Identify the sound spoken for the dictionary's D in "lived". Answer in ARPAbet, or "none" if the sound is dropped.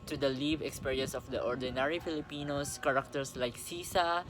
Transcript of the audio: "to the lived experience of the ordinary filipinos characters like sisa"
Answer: none